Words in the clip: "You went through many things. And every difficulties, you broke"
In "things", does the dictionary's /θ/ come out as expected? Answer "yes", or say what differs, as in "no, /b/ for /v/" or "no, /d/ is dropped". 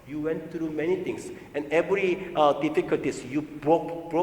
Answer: no, /t/ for /θ/